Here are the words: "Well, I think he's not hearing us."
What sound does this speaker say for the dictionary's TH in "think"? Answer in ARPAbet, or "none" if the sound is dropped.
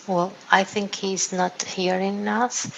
TH